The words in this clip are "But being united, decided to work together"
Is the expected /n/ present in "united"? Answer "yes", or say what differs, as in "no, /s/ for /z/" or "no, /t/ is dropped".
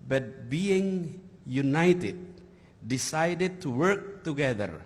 yes